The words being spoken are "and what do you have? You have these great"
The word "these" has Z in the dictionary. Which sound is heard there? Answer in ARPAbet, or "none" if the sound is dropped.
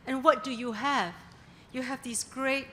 S